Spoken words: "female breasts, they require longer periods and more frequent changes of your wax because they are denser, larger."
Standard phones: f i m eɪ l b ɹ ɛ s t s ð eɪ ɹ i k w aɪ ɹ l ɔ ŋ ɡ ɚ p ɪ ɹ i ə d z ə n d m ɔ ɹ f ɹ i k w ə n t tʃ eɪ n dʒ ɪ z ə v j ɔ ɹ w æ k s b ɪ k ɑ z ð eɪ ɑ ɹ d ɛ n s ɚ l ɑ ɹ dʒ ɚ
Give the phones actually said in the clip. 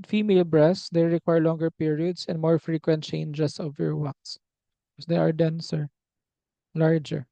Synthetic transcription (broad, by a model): f i m eɪ l b ɹ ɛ s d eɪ ɹ i k w aɪ ɹ l ɔ ŋ ɡ ɚ p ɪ ɹ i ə d s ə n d m ɔ ɹ f ɹ i k w ə n t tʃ eɪ n dʒ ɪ s ə v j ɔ ɹ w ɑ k s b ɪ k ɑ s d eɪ ɑ ɹ d ɛ n s ɚ l ɑ ɹ dʒ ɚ